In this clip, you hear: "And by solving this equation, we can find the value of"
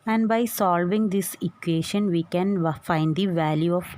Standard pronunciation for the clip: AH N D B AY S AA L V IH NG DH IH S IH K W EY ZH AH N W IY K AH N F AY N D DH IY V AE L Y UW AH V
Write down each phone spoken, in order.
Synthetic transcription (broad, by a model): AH N D B AY S AA L V IH NG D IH S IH K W EY SH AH N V IY K AH N F AY N D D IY V AE L Y UW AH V